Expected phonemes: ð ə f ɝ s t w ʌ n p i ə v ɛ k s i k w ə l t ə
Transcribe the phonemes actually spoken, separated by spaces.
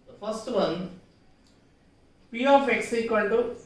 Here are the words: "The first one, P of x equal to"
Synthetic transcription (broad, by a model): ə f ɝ s t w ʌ n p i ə f ɛ k s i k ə n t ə